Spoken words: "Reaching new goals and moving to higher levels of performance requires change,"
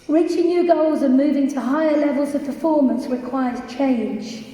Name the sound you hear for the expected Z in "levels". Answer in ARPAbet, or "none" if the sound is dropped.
Z